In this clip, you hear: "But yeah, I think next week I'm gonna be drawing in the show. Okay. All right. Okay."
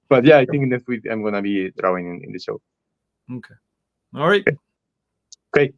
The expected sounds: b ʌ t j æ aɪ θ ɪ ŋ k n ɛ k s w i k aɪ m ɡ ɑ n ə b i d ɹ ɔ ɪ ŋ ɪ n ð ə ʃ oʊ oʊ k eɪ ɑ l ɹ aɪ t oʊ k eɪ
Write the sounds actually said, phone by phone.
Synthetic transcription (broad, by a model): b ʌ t j æ aɪ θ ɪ ŋ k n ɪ s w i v aɪ m ɡ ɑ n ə b i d ɹ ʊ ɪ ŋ ɪ n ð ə ʃ oʊ oʊ k eɪ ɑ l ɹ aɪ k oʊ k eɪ